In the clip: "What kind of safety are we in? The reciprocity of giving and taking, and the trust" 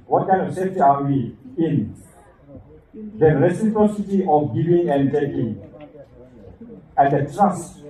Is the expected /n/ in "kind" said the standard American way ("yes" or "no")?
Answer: no